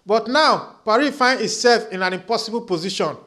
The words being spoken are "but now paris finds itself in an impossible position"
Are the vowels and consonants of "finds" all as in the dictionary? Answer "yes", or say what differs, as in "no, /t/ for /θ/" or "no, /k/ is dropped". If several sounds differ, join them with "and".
no, /z/ is dropped